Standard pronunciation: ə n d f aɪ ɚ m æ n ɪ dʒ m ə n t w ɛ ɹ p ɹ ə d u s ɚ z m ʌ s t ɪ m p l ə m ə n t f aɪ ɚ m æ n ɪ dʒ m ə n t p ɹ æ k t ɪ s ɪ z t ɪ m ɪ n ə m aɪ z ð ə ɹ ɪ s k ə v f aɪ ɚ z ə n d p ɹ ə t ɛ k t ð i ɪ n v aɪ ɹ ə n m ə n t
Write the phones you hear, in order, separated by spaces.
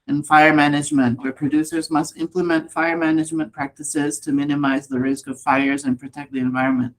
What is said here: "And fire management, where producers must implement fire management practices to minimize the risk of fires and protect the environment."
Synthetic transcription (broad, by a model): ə n f aɪ ɚ m æ n ɪ dʒ m ə n t w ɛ ɹ p ɹ ə d u s ɚ z m ʌ s t ɪ m p l ə m ə n t f aɪ ɚ m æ n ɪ dʒ m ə n p ɹ æ k t ɪ s ɪ z t ɪ m ɪ n ə m aɪ z ð ə ɹ ɪ s k ə v f aɪ ɚ z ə n p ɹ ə t ɛ k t ð i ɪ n v aɪ ɹ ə n m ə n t